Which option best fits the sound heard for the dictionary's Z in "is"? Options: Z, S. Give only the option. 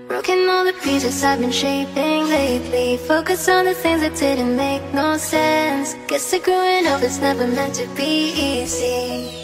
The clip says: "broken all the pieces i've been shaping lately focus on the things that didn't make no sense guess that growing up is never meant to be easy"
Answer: S